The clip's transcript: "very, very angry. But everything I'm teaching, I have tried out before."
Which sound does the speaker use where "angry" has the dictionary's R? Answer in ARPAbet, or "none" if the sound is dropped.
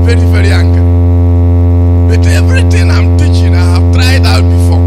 none